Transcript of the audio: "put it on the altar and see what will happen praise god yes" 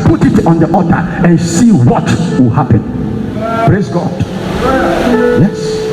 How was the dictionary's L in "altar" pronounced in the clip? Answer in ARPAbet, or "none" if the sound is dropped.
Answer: none